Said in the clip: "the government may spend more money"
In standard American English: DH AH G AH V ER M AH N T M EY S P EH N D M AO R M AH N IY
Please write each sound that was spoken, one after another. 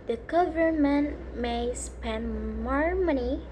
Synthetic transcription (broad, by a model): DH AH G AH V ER M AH N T M EY S P EH N D M AO R M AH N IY